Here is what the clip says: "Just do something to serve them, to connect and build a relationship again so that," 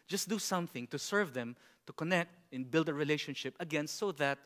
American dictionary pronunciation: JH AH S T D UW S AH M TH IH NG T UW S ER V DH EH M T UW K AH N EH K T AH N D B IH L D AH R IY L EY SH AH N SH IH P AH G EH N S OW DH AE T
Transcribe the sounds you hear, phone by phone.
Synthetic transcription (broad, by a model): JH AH S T D UW S AH M TH IH NG T UW S ER V DH EH M T UW K AH N EH K T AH N B IH L D AH R IY L EY SH AH N SH IH P AH G EH N S OW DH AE T